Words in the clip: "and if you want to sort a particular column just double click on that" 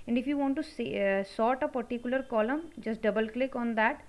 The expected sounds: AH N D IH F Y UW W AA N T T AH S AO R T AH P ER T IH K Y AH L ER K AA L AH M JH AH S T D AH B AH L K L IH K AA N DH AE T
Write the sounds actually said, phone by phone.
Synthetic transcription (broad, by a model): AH N D IH F Y UW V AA N T S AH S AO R T AH P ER T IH K Y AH L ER K AA L AH M JH AH S T D AH B AH L K L IH K AA N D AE T